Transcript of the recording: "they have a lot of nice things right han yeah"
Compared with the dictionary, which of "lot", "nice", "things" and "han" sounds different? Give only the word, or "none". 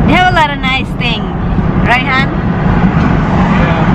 things